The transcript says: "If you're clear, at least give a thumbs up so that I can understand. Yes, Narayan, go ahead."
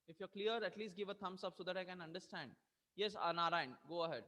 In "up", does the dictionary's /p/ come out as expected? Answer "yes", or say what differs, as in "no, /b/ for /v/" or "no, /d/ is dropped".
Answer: no, /b/ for /p/